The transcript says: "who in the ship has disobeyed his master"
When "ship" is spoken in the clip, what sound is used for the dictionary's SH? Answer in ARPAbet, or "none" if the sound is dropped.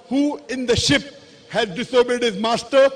SH